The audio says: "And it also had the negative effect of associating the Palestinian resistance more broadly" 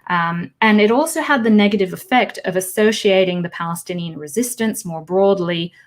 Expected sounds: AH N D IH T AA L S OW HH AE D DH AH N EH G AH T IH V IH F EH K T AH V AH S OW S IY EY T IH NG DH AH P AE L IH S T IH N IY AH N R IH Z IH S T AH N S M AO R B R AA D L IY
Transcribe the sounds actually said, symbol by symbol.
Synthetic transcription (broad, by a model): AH N IH T AA L S OW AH D DH AH N EH G AH T IH V IH F EH K T AH V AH S OW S IY EY T IH NG DH AH P AE L IH S T IH N IY AH N R IH Z IH S T AH N S M AO R B R AA D L IY